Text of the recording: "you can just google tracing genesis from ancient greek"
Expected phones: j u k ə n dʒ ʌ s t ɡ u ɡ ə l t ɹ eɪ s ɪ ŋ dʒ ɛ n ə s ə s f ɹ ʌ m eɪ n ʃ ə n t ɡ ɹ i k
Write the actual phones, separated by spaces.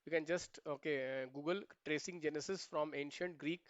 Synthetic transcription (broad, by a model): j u k ə n dʒ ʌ s t ɡ u ɡ ə l t ɹ eɪ s ɪ ŋ dʒ ɛ n ə s ə s f ɹ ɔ m eɪ n ʃ ə n t ɡ ɹ i k